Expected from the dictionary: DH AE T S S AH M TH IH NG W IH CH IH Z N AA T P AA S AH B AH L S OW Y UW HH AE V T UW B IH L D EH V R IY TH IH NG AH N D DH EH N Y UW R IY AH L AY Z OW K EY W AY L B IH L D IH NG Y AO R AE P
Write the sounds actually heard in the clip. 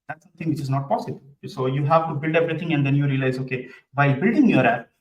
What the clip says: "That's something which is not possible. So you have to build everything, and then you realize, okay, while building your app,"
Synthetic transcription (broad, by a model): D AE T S S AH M T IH NG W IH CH IH Z N AA T P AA S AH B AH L S OW Y UW HH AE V T UW B IH L D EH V R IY T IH NG AH N D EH N Y UW R IY AH L AY Z OW K EY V AY B IH L D IH NG Y AO R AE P